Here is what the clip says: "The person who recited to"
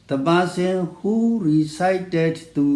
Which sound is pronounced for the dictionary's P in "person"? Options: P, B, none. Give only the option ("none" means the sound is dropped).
B